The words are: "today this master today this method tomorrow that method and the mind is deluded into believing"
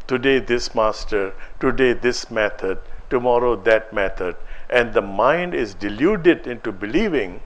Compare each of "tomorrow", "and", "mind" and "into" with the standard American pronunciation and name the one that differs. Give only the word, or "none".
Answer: none